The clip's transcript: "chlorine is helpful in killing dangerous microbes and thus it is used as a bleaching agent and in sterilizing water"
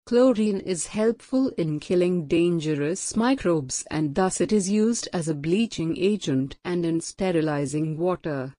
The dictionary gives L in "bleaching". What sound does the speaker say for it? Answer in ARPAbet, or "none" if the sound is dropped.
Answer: L